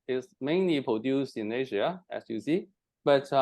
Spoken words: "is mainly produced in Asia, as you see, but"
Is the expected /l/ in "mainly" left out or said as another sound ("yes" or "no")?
no